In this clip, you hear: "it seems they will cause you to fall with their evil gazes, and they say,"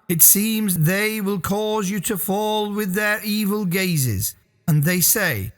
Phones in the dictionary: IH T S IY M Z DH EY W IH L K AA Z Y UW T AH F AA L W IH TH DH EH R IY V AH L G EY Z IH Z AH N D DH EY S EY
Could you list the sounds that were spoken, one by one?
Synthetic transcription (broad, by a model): IH T S IY M Z DH EY W IH L K AA Z Y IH T AH F AA L W IH DH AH R IY V AH L G EY Z IH Z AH N DH EY S EY